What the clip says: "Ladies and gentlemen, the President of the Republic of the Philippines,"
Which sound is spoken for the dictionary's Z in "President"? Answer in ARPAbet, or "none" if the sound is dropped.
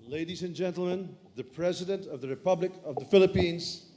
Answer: Z